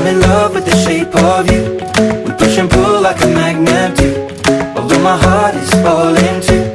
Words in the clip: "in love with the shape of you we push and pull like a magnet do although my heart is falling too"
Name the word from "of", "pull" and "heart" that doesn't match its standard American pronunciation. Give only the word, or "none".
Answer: none